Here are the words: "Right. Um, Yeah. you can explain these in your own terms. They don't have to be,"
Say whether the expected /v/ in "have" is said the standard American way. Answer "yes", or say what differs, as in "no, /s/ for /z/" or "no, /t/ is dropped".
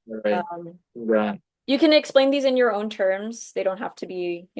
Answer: no, /f/ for /v/